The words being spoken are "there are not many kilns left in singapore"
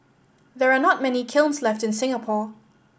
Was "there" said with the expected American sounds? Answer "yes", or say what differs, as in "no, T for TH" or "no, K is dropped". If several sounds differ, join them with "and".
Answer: yes